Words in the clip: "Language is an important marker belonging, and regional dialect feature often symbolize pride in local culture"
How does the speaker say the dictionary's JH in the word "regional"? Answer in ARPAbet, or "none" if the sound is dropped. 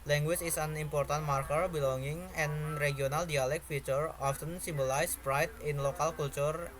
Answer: none